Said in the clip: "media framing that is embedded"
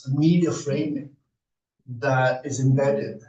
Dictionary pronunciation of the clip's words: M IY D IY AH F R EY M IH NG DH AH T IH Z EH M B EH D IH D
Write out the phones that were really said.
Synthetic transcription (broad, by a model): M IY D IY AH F R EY IH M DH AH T IH Z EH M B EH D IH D